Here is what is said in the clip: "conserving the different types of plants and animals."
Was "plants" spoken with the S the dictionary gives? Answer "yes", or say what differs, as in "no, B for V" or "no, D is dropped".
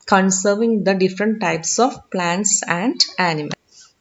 yes